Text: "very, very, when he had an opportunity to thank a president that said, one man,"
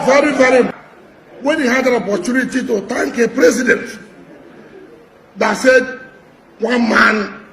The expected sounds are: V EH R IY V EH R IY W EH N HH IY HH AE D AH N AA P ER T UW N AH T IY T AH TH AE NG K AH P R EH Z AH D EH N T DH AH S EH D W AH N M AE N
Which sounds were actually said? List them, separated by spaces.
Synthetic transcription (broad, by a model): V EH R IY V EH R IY W EH N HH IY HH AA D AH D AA P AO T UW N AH T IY T AH T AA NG K AH P R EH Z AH D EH N T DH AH S EH D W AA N M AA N